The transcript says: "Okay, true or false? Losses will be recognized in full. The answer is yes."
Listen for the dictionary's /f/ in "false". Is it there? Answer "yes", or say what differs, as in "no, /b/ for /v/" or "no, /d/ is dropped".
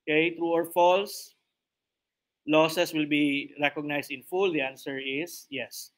yes